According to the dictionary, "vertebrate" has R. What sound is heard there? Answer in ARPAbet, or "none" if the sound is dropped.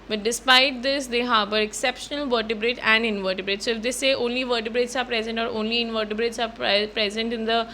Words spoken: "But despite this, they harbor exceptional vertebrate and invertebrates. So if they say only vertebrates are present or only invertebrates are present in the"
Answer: R